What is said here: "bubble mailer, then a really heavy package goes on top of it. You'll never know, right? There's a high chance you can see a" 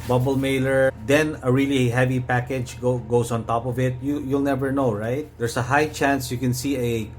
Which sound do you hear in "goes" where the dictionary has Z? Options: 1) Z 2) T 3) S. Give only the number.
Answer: 3